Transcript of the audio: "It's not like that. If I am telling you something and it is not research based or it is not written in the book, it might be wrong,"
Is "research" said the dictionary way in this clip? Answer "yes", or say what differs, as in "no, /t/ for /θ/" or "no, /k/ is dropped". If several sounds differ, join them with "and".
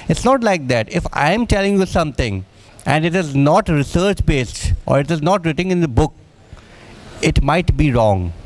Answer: yes